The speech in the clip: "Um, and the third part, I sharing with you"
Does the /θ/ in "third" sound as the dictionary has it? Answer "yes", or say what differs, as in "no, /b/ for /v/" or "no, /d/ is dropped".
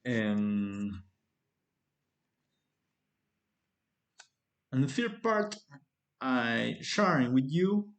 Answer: no, /f/ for /θ/